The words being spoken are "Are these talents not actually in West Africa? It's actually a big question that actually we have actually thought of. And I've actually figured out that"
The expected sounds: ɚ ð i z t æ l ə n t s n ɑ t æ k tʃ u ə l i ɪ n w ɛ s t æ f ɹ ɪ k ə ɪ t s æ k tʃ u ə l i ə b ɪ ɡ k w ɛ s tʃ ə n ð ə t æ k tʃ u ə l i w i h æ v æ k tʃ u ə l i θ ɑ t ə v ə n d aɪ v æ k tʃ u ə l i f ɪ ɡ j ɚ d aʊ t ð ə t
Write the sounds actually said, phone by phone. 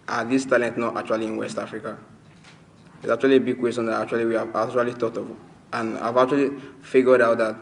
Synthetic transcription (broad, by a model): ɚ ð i s t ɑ l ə n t n ɑ t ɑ k tʃ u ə l i ɪ n w ɛ s t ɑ f ɹ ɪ k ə ɪ t s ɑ k tʃ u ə l i ə b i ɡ k w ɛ s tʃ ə n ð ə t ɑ k tʃ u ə l i w i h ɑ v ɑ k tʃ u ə l i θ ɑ t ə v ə n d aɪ v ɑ k tʃ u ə l i f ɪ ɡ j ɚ d aʊ t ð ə t